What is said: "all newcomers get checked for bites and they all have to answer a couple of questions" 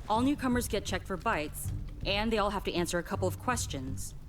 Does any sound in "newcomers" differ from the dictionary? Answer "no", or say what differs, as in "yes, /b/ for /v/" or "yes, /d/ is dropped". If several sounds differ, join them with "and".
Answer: no